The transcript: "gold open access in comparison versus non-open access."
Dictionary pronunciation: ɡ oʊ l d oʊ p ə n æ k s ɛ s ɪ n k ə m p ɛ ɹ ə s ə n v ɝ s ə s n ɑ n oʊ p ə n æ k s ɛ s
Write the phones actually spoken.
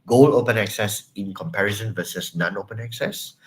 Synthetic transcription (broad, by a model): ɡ oʊ l oʊ p ə n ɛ k s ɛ s ɪ n k ə m p ɛ ɹ ə s ə n v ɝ s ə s n ɑ n oʊ p ə n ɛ k s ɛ s